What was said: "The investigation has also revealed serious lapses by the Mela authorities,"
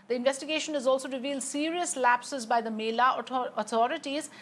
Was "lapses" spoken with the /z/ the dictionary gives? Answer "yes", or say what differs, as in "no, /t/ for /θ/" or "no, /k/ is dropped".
yes